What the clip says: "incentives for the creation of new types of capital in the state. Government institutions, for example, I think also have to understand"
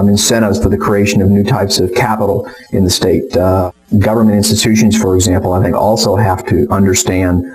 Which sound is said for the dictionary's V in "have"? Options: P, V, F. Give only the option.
F